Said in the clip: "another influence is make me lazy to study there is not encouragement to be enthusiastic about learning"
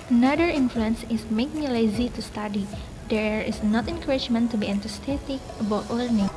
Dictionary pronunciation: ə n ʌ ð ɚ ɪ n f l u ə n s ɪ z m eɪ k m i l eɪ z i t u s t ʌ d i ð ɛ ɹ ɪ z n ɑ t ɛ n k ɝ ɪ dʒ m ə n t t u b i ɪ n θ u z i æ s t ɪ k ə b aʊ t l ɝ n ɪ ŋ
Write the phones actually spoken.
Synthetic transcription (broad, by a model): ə n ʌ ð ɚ ɪ n f l u ə n s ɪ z m eɪ k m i l eɪ z i t u s t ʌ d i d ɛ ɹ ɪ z n ɑ t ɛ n k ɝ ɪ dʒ m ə n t t u b i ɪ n t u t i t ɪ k ə b aʊ t l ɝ n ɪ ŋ